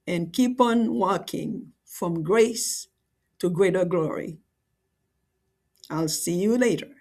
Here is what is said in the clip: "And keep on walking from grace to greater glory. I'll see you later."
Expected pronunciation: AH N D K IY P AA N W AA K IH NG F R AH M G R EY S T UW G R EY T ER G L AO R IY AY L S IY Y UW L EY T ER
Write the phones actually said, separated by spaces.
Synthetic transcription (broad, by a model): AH N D K IY P AA N W AA K IH NG F R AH M G R EY S T UW G R EY T ER G L AO R IY AY L S IY Y UW L EY T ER